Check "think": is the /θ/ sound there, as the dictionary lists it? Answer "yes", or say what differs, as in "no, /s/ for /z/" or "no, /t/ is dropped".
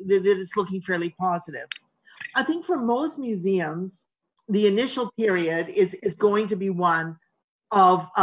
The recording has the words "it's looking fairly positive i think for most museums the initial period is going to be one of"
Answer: yes